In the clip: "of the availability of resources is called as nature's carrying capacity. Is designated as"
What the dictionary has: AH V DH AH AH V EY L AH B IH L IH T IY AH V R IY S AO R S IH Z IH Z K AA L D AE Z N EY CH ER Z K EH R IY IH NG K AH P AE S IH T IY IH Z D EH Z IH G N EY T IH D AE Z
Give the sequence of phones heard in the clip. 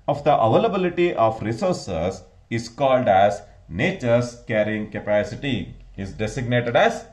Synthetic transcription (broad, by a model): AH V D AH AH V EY L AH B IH L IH T IY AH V R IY S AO R S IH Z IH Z K AA L D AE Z N EY CH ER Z K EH R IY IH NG K AH P AE S IH T IY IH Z D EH S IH G N EY T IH D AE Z